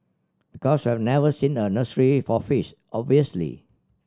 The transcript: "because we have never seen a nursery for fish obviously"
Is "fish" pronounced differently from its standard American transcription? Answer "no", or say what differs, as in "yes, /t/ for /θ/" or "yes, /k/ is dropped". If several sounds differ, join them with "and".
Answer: yes, /s/ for /ʃ/